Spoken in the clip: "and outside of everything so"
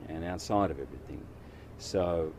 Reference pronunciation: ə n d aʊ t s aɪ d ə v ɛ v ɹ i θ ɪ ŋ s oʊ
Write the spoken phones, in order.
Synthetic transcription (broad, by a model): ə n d aʊ t s aɪ d ə v ɛ v ɹ i θ ɪ ŋ s oʊ